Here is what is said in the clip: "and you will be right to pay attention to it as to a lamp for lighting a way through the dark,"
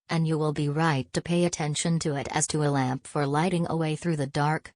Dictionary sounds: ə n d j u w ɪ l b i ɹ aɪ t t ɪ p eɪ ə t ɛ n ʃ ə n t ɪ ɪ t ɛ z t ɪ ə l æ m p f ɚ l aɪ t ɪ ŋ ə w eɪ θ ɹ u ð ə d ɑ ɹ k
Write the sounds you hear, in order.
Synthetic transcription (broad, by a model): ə n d j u w ɪ l b i ɹ aɪ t t ɪ p eɪ ə t ɛ n ʃ ə n t ɪ ɪ t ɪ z t ɪ ə l æ m p f ɚ l aɪ t ɪ ŋ ə w eɪ θ ɹ u ð ə d ɑ ɹ k